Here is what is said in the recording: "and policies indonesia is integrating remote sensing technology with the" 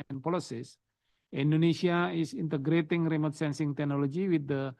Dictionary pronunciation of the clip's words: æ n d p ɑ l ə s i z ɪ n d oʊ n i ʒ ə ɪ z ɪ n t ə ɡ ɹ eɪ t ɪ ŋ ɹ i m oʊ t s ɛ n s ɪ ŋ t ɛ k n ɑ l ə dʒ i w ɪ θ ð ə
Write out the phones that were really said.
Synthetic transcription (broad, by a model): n p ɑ l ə s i s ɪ n d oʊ n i s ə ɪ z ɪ n t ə ɡ ɹ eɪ t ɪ ŋ ɹ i m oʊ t s ɛ n s ɪ ŋ t ɛ k n ɑ l ə dʒ i w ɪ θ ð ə